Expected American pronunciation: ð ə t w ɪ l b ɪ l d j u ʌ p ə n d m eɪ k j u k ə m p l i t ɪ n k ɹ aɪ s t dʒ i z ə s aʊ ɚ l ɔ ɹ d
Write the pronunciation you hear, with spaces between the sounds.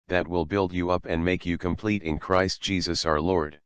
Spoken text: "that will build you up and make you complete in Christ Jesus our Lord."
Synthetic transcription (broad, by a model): ð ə t w ɪ l b ɪ l d j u ʌ p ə n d m eɪ k j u k ə m p l i t ɪ n k ɹ aɪ s t dʒ i z ə s aʊ ɚ l ɔ ɹ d